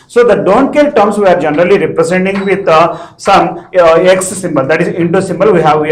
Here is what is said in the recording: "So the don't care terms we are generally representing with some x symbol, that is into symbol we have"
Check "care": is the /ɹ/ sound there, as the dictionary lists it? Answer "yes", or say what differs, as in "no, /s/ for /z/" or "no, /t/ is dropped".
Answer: no, /l/ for /ɹ/